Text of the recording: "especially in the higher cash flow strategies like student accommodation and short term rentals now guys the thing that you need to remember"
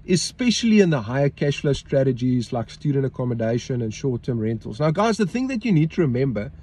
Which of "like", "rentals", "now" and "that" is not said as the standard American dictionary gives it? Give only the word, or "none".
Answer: none